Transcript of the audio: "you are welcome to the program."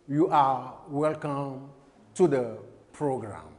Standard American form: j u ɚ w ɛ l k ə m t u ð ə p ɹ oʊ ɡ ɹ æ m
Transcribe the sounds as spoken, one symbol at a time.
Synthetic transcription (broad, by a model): j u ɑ w ɛ l k ə m t u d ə p ɹ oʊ ɡ ɹ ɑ m